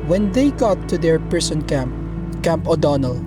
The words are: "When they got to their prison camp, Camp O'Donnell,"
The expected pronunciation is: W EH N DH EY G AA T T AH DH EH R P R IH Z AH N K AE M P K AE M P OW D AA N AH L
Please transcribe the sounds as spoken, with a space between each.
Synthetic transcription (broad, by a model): W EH N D EY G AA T T AH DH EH R P R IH S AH N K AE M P K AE M P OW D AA N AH L